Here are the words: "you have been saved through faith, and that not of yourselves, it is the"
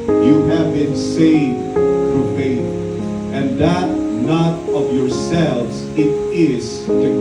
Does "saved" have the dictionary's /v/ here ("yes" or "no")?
yes